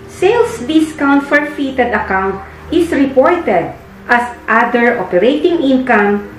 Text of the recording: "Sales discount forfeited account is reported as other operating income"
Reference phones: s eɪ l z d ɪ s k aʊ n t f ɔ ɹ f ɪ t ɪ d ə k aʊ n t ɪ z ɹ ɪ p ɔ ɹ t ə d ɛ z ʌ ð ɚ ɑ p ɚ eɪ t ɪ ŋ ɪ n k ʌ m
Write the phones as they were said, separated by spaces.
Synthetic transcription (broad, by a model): s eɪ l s d ɪ s k aʊ n t f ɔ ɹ f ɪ t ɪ d ə k aʊ n t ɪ s ɹ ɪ p ɔ ɹ t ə d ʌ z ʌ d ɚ ɑ p ɚ eɪ t ɪ ŋ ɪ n k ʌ m